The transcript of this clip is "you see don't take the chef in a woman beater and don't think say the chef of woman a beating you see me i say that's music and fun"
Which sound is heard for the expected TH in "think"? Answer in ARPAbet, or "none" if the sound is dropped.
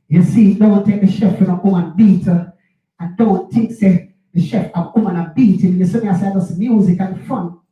T